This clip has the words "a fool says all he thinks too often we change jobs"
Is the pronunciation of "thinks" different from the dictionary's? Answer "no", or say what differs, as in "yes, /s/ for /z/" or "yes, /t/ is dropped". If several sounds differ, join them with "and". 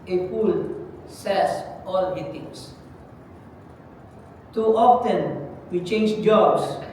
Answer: yes, /t/ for /θ/ and /k/ is dropped